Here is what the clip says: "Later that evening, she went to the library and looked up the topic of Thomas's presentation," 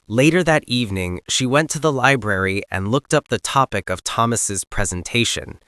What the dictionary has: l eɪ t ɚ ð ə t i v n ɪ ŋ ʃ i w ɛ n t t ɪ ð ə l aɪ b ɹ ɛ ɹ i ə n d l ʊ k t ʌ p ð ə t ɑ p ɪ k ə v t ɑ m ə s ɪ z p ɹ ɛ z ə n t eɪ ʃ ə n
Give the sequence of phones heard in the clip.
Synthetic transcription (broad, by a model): l eɪ t ɚ ð ə t i v n ɪ ŋ ʃ i w ɛ n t t ɪ ð ə l aɪ b ɹ ɛ ɹ i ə n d l ʊ k t ʌ p ð ə t ɑ p ɪ k ə v t ɑ m ə s ɪ z p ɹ ɛ z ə n t eɪ ʃ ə n